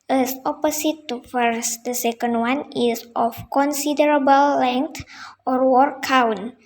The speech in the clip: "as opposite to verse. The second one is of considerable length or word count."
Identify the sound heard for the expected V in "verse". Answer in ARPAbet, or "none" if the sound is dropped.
F